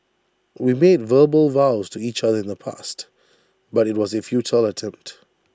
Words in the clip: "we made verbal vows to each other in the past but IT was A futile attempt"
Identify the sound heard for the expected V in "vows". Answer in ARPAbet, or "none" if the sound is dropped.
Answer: V